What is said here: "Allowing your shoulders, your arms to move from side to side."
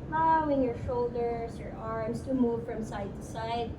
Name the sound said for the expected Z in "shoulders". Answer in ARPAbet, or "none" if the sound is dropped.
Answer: S